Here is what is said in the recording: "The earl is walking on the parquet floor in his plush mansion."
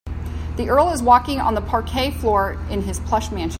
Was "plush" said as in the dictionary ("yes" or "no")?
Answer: yes